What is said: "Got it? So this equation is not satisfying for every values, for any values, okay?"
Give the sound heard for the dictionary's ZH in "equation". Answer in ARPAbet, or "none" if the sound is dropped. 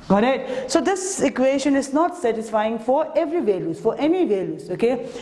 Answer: SH